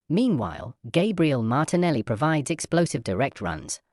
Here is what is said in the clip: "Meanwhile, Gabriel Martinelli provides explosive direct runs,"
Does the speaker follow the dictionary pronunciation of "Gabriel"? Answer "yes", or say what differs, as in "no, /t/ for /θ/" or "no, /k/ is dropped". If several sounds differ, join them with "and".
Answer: yes